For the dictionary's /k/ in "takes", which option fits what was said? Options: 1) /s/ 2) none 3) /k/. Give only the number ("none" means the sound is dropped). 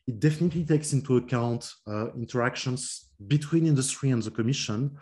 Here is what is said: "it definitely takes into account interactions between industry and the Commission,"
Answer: 3